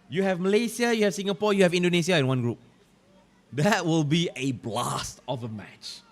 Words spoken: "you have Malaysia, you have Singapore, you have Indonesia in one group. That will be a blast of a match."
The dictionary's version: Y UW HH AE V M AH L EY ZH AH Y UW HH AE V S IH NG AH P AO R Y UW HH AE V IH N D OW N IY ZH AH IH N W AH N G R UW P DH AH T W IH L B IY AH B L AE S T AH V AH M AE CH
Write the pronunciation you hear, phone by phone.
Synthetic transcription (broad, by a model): Y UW HH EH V M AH L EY S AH Y UW HH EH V S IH NG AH P AO Y UW HH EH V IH N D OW N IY S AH IH N W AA N G R UW P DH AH T W IH L B IY AH B L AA S T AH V AH M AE CH